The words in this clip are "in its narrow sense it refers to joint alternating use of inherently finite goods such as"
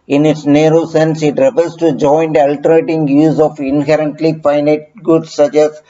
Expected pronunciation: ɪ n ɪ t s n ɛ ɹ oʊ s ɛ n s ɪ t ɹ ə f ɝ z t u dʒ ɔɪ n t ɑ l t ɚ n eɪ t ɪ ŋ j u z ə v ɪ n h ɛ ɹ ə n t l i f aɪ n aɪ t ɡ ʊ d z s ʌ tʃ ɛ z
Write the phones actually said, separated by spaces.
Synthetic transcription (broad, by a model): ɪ n ɪ t s n ɛ ɹ oʊ s ɛ n s ɪ t ɹ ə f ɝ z t u dʒ ɔɪ n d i l t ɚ eɪ t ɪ ŋ j u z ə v ɪ n h ɛ ɹ ə n t l i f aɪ n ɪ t ɡ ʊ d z s ʌ tʃ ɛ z